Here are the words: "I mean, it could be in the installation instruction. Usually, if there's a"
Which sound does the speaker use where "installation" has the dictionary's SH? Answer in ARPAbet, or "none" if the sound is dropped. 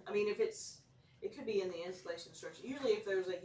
none